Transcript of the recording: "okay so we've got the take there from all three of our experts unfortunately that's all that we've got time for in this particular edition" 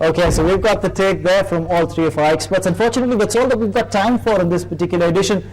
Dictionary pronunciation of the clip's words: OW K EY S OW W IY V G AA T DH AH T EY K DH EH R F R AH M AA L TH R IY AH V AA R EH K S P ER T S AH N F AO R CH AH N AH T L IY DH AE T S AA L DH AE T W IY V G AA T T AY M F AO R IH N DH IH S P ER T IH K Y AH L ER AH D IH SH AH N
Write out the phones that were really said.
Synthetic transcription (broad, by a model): OW K EY S OW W IY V G AA T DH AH T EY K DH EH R F R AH M AA L T R IY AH F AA EH K S P ER T S AH N F AO R CH AH N AH T L IY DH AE T S AA L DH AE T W IY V G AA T T AY M F AO R IH N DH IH S P ER T IH K Y AH L ER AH D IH SH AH N